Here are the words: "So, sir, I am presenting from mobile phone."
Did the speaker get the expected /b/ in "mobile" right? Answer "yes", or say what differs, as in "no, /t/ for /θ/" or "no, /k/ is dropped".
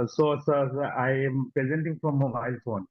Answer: no, /b/ is dropped